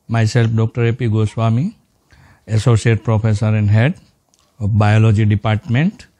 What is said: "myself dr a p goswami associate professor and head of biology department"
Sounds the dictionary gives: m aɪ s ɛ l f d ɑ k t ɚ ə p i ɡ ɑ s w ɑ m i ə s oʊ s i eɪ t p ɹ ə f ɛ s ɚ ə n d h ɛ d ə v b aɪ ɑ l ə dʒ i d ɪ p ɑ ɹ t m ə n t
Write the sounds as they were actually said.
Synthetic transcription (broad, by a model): m aɪ s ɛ l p d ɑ k t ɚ ə p i ɡ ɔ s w ɑ m i ə s oʊ s i eɪ t p ɹ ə p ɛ s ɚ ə n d h ɛ d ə p b aɪ ɑ l ə dʒ i d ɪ p ɑ ɹ t m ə n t